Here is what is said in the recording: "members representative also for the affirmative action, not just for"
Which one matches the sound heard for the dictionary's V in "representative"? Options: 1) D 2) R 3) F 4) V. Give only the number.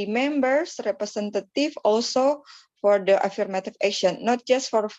3